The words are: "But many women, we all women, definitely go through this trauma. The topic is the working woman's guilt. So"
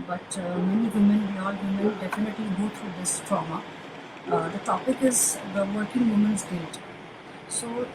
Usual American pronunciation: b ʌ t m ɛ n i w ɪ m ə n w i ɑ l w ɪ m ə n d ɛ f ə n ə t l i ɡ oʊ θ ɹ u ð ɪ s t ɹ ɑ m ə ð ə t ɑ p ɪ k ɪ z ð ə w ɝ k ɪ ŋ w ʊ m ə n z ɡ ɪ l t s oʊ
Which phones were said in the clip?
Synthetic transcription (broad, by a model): b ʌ t m ɛ n i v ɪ m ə n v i ɑ l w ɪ m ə n d ɛ f ə n ə t l i ɡ oʊ t ɹ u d ɪ s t ɹ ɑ m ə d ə t ɑ p ɪ k ɪ z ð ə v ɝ k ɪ ŋ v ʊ m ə n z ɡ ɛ t s oʊ